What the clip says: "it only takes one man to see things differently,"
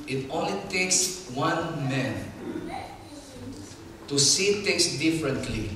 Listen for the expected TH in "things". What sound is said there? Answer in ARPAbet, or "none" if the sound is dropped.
T